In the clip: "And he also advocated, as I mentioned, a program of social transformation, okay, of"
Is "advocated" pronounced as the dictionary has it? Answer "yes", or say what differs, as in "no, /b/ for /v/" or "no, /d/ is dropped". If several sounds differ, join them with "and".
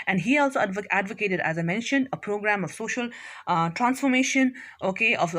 yes